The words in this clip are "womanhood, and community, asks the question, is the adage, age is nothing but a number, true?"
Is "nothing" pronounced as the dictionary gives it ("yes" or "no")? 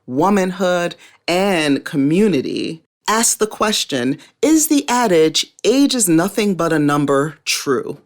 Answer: yes